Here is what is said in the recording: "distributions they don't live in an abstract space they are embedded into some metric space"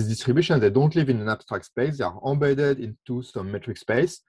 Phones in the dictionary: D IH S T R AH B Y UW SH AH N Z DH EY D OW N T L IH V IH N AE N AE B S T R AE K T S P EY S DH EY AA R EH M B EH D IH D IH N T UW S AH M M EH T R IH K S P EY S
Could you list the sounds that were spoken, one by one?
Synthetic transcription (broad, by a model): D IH S T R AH B Y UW SH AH N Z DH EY D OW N T L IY V IH N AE N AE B S T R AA K T S P EY S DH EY AA R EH B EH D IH D IH N T UW S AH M M EH T R IH K S P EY S